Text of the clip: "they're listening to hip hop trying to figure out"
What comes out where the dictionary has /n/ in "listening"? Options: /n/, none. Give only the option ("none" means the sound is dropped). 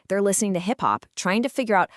/n/